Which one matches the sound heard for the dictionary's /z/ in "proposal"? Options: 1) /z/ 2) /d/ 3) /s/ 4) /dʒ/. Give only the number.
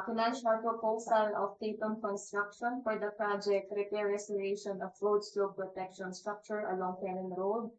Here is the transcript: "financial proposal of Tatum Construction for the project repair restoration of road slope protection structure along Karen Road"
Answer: 3